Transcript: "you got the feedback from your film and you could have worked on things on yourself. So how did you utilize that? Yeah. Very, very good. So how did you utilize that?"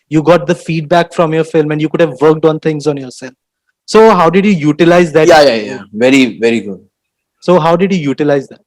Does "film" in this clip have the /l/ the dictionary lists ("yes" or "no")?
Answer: yes